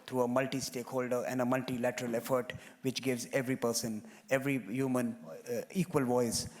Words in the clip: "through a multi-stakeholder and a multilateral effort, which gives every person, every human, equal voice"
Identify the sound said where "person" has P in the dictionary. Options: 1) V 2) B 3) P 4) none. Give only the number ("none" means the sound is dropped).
3